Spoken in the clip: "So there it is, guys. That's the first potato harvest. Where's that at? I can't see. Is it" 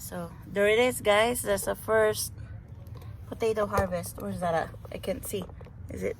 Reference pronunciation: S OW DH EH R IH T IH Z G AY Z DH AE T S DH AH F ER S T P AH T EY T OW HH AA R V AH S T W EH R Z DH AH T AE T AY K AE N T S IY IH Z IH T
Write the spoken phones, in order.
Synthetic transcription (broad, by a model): S OW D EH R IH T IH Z G AY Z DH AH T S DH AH F ER S T P AH T EY T OW HH AA R V AH S T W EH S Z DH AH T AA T AY K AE N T S IY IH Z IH T